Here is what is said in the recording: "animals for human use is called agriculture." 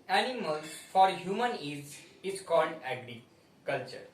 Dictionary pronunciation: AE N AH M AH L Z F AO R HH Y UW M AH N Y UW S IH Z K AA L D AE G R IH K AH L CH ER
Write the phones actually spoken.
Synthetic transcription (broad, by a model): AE N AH M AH L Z F AO R HH Y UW M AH N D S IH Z K AA L D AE G R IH K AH L CH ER